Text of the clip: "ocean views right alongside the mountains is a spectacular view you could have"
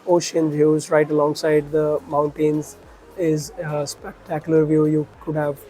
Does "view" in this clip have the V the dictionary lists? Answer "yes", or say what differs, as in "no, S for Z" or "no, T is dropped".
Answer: yes